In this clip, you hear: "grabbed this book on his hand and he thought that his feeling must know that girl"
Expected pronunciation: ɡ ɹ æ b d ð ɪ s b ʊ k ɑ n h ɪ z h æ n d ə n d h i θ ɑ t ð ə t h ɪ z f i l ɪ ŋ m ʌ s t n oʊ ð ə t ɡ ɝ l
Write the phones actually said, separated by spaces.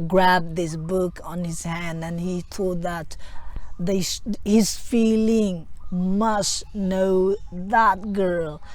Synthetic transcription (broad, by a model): ɡ ɹ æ b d ð ɪ s b ʊ k n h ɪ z h æ n d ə n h i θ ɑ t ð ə t h ɪ z f i l ɪ ŋ m ʌ s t n oʊ ð ə t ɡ ɝ l